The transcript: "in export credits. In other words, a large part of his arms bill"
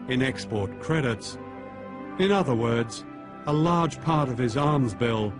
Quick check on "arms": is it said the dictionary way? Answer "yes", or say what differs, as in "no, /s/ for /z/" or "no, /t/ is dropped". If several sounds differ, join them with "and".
yes